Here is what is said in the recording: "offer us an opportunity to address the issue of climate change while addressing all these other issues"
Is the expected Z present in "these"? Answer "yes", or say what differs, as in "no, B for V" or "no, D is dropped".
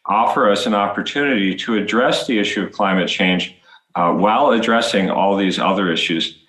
yes